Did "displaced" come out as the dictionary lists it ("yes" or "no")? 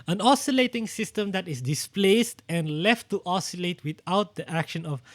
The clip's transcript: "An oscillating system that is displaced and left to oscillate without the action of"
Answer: yes